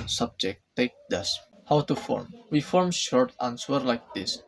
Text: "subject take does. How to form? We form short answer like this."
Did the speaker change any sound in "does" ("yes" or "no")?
yes